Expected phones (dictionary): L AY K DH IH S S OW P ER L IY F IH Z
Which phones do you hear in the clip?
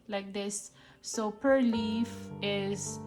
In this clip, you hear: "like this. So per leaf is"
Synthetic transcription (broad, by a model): L AY K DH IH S S OW P ER L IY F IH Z